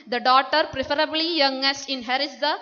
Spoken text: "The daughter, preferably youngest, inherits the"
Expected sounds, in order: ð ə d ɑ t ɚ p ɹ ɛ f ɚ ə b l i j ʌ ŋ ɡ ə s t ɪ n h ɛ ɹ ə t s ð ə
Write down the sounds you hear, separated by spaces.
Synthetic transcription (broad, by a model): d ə d ɑ t ɚ p ɹ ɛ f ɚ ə b l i j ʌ ŋ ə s ɪ n h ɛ ɹ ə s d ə